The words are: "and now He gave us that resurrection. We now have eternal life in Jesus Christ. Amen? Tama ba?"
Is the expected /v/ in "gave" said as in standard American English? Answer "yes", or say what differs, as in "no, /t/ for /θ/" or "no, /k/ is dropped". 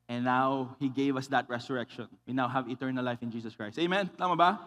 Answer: yes